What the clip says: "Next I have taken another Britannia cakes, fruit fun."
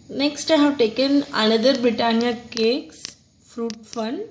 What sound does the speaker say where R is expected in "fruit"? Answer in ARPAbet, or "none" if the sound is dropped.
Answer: R